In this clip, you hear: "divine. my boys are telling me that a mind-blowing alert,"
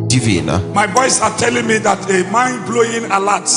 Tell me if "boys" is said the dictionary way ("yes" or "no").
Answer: no